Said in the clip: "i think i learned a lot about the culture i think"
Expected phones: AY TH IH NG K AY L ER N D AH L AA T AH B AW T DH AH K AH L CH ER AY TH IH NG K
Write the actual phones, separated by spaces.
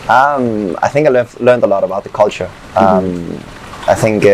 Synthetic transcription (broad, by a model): AY TH IH NG K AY L ER N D AH L AA T AH B AW T DH AH K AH L CH ER AY TH IH NG K